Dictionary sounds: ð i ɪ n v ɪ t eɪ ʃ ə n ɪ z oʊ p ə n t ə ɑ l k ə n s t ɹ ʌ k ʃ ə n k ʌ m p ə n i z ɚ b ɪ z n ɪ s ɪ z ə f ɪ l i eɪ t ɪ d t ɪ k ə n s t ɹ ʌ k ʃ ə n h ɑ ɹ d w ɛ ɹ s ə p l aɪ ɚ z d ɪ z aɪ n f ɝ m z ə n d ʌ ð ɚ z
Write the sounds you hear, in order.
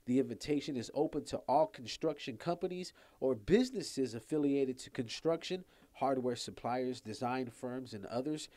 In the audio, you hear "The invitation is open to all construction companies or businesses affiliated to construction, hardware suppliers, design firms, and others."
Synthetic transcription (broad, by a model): ð i ɪ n v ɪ t eɪ ʃ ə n ɪ z oʊ p ə n t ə ɑ l k n s t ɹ ʌ k ʃ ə n k ʌ m p ə n i z ɚ b ɪ z n ɪ s ɪ z ə f ɪ l i eɪ t ɪ d t ɪ k ə n s t ɹ ʌ k ʃ ə n h ɑ ɹ d w ɛ ɹ s ə p l aɪ ɚ z d ɪ z aɪ n f ɝ m z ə n ʌ ð ɚ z